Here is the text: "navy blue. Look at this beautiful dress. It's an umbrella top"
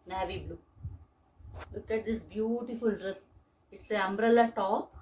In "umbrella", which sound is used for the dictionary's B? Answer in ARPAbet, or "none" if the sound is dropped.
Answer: B